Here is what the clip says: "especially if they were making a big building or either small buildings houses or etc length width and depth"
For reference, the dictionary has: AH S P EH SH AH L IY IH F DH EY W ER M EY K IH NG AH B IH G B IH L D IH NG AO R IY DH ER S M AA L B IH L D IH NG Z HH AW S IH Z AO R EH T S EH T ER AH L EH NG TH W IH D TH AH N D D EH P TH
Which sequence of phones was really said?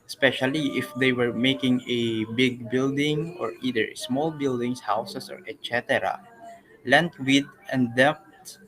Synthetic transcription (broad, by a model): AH S P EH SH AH L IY IH F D EY W ER M EY K IH NG AH B IH G B IH L D IH NG AO R IY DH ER S M AA L B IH L D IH NG S HH AW S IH S AO R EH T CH EH T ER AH L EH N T W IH D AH N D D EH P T